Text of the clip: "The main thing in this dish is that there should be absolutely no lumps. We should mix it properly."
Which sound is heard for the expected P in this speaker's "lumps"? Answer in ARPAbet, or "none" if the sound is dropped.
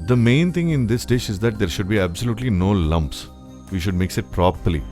P